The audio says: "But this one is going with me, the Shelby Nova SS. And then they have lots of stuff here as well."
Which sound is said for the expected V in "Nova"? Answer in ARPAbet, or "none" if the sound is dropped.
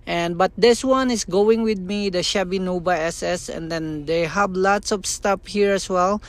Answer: B